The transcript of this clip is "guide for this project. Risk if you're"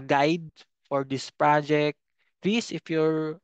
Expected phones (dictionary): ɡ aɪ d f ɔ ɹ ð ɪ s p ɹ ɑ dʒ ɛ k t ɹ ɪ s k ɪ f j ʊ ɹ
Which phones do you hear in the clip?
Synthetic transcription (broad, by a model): ɡ aɪ d f ɔ ɹ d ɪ s p ɹ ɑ dʒ ɛ k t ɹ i s ɪ f j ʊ ɹ